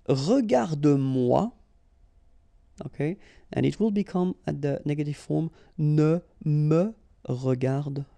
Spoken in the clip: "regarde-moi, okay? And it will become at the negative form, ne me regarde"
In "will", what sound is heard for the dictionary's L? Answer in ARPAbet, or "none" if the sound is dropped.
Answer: L